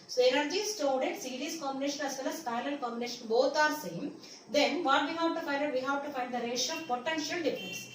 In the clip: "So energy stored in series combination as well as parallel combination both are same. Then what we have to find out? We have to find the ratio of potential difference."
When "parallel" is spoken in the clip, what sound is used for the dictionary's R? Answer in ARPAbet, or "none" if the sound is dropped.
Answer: none